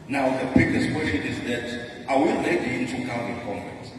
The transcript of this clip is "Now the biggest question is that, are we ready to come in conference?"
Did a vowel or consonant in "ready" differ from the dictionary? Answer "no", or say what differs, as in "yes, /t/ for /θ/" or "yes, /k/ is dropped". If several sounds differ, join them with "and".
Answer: yes, /l/ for /ɹ/